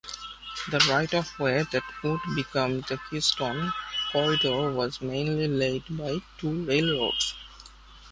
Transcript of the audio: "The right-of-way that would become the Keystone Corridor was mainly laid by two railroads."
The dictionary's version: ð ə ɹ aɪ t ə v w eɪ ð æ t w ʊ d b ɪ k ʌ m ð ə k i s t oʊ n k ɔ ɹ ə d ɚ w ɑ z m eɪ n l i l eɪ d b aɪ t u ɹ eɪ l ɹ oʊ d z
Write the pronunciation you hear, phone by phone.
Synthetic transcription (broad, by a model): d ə ɹ aɪ t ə f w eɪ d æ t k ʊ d b ɪ k ʌ m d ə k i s t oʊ n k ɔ ə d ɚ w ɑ z m eɪ n l i l eɪ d b aɪ t u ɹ eɪ l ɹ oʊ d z